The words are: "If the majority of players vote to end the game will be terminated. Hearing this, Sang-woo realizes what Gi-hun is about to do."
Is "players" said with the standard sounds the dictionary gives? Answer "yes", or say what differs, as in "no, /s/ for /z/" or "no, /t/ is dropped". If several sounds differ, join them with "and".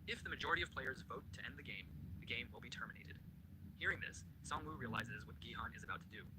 yes